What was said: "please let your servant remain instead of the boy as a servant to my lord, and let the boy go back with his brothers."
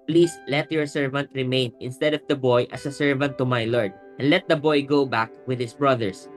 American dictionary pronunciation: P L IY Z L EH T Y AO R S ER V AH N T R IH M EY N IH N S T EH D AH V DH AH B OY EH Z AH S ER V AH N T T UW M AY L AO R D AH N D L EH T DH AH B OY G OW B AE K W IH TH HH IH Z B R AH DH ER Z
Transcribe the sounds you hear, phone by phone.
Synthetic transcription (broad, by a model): P L IY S L EH T Y AO R S ER V AH N T R IH M EY N IH N S T EH D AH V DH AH B OY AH S AH S ER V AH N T T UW M AY L AO R D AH N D L EH T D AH B OY G OW B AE K W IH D HH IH S B R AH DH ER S